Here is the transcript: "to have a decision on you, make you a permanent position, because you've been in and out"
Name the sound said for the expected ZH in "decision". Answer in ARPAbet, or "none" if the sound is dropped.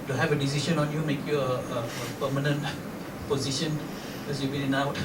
SH